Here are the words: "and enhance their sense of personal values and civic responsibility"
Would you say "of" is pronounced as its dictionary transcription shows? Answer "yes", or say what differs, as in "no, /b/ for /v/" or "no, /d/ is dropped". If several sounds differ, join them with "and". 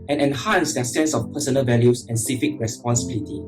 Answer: no, /f/ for /v/